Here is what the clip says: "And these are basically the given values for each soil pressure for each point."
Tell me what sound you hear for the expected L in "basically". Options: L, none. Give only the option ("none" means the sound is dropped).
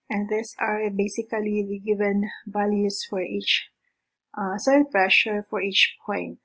none